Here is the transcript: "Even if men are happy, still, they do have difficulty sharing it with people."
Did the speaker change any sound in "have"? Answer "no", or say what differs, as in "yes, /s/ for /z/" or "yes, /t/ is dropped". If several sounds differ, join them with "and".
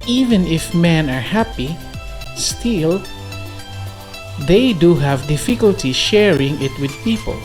no